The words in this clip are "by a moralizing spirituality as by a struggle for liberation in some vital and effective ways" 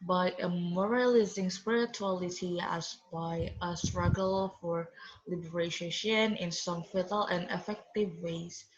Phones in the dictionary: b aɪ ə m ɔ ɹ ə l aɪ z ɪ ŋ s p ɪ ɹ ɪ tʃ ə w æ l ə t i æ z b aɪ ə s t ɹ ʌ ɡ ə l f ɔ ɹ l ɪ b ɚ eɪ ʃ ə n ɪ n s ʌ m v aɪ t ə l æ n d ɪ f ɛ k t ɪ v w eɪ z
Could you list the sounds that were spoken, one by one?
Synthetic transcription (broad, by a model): b aɪ ə m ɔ ɹ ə l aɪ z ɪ ŋ s p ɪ ɹ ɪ tʃ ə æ l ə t i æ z b aɪ ə s t ɹ ʌ ɡ ə l f ɔ ɹ l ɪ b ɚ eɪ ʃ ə n ɪ n s ʌ m f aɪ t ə l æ n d ɪ f ɛ k t ɪ v w eɪ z